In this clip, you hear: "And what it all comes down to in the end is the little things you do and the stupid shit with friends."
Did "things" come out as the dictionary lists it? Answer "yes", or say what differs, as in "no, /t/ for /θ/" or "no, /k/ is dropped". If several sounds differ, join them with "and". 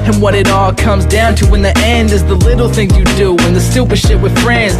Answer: no, /z/ is dropped